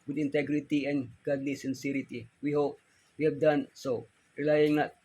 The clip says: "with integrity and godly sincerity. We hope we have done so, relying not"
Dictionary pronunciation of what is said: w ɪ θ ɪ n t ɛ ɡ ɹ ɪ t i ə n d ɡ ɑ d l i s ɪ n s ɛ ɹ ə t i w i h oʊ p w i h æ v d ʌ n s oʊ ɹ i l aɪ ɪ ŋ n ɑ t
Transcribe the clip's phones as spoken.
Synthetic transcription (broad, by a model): w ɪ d ɪ n t ɛ ɡ ɹ ɪ t i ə n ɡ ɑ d n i s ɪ n s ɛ ɹ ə t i w i h oʊ p w i h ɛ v d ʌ n s oʊ ɹ i l aɪ ɪ ŋ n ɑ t